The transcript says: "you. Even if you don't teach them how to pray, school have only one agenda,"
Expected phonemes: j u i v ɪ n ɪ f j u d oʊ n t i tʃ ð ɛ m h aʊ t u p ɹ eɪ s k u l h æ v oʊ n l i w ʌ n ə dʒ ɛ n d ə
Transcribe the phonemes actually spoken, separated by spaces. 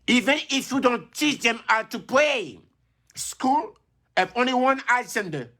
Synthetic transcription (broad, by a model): i v ɪ n ɪ f j u d oʊ n t i tʃ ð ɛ m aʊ t u p l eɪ s k u l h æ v oʊ n l i w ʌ n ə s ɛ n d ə